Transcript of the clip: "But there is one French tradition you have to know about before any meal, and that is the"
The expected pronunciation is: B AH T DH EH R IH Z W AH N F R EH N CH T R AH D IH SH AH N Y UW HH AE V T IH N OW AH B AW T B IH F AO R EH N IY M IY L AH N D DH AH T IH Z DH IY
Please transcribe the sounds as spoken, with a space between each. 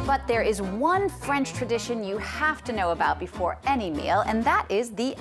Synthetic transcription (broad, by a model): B AH T DH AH R IH Z W AH N F R EH N CH T R AH D IH SH AH N Y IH HH AE F T IH N OW AH B AW T B IH F AO R EH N IY M IY L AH N DH AH T IH Z DH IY